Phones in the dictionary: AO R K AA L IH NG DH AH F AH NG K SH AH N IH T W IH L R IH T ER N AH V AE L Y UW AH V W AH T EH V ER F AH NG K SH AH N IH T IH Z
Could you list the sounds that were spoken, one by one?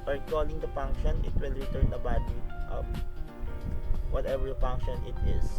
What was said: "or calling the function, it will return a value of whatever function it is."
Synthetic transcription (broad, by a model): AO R K AA L IH NG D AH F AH NG K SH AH N IH T W IH L R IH T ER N AH B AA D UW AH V W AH T EH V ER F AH NG K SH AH N IH T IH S